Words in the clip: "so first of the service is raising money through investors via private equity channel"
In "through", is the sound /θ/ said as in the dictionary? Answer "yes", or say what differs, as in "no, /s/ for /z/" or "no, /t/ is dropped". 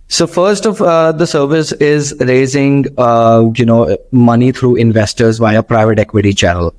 no, /t/ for /θ/